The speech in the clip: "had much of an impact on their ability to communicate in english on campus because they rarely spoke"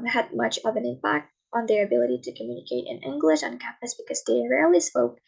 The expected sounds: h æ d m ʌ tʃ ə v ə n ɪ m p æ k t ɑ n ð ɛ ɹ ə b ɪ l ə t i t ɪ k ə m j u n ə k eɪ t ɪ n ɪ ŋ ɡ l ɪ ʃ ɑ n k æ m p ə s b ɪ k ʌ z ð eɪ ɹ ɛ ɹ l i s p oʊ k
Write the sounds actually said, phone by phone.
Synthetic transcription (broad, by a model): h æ d m ʌ tʃ ə v ə n ɪ m p æ k t n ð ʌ ɹ ə b ɪ l ə t i t ɪ k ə m j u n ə k eɪ t ɪ n ɪ ŋ ɡ l ɪ ʃ n k æ m p ə s b ɪ k ʌ z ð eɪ ɹ ɛ ɹ l i s p oʊ k